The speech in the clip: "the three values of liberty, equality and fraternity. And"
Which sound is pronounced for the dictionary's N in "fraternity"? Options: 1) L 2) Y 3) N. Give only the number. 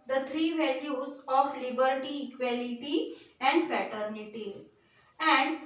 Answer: 3